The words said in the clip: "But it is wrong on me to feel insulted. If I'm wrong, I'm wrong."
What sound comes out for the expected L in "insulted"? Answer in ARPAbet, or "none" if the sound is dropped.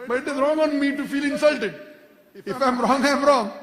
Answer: L